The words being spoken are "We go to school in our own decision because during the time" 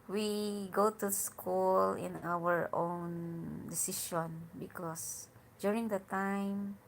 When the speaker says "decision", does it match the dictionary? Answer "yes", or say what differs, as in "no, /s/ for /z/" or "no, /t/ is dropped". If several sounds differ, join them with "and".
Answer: no, /ʃ/ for /ʒ/